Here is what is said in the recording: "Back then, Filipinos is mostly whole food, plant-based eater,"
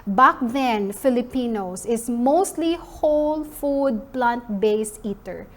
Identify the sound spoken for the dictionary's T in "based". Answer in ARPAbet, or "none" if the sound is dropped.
none